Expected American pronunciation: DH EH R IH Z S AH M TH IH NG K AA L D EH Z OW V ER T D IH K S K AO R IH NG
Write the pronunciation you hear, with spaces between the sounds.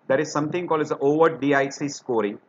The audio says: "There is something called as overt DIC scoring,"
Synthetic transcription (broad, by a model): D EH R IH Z S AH M T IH NG K AA L D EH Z OW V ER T D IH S S K AO R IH NG